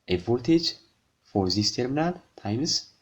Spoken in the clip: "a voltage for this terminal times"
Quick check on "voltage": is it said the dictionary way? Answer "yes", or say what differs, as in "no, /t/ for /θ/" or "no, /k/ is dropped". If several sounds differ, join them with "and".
no, /l/ is dropped